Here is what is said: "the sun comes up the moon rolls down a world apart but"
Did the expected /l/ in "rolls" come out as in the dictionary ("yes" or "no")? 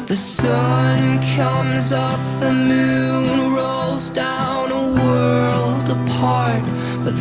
yes